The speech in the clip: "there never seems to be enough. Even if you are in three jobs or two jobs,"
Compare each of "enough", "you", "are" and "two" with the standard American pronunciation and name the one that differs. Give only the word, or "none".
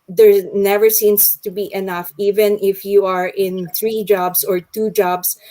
none